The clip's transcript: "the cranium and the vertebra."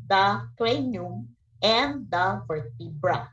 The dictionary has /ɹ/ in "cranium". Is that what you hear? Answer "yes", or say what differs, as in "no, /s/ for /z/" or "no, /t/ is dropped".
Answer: no, /l/ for /ɹ/